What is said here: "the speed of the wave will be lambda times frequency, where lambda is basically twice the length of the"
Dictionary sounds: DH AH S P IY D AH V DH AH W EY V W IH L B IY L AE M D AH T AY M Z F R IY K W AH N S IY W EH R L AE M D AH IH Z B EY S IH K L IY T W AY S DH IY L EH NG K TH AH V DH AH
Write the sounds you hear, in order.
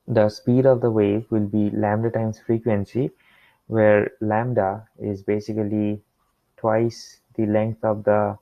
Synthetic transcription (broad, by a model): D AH S P IY D AH V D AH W EY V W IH L B IY L AE M D AH T AY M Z F R IY K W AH N S IY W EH R L AE M D AH IH Z B EY S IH K L IY T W AY S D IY L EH NG K T AH V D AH